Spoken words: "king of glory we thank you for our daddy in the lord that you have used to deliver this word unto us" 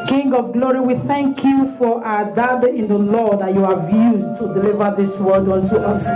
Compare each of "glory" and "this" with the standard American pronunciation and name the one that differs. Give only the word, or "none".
none